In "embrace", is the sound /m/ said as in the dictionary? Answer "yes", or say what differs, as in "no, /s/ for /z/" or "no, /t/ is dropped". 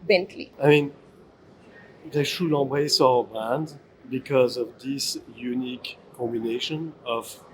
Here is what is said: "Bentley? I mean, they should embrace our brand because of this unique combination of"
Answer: no, /m/ is dropped